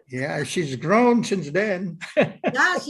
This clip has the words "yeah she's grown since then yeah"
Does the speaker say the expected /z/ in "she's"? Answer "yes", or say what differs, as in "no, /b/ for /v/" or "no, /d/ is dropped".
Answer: yes